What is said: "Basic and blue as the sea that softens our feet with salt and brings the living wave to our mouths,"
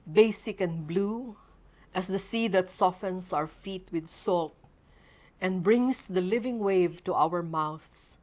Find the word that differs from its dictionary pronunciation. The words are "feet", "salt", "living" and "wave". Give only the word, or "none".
none